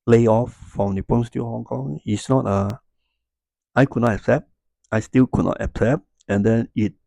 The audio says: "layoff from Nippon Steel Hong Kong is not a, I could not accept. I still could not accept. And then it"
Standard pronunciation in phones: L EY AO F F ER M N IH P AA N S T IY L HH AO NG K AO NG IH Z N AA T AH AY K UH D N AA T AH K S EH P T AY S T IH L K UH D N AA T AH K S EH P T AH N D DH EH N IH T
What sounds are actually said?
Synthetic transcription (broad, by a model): L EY AO F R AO M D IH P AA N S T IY HH AO NG K AO NG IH S N AA T AH AY K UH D N AA T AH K S EH P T AY S T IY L K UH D N AA T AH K S EH P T AH N D EH N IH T